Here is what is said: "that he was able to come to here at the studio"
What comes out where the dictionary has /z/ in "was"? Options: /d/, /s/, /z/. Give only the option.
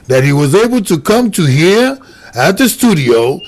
/z/